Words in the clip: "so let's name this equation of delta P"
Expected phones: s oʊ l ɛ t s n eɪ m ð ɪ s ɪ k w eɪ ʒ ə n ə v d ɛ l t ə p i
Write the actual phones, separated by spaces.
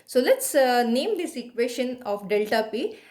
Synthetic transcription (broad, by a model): s oʊ l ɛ t s n eɪ m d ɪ s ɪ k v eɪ ʃ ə n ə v d ɛ l t ə p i